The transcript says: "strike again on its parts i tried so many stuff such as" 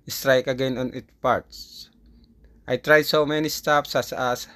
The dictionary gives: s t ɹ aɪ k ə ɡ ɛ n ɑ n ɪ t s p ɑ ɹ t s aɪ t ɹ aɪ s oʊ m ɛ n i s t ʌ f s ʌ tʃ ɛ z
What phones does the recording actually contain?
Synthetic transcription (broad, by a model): s t ɹ aɪ k ə ɡ ɛ n ɑ n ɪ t p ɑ ɹ t s aɪ t ɹ aɪ s oʊ m ɛ n i s t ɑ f s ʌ s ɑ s